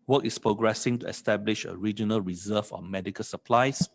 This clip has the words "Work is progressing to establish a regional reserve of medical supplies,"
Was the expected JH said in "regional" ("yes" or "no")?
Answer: yes